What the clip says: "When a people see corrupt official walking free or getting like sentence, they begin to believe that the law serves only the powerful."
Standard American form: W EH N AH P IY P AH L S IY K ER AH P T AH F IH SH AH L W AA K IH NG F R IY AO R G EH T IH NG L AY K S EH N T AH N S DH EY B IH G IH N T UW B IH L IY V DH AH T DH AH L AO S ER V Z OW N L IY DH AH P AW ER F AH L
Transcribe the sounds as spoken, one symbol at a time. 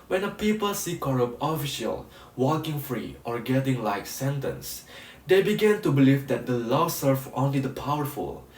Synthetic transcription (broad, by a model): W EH N AH P IY P AH L S IY K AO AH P AH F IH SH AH L W AA K IH NG F R IY AO R G EH T IH NG L AY K S EH N T AH N S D EY B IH G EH N T UW B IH L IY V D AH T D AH L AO S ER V OW N L IY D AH P AW ER F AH L